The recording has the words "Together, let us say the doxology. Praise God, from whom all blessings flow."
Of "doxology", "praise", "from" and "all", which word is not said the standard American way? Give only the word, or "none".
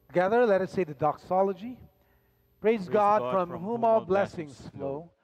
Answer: none